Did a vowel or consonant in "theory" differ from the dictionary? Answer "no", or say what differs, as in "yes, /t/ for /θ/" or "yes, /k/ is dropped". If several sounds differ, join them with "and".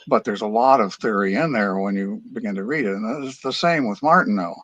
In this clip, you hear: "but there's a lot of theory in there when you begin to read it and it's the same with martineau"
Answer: no